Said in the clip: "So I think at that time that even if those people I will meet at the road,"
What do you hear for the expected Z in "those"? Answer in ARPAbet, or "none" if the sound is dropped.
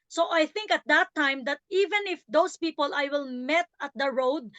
S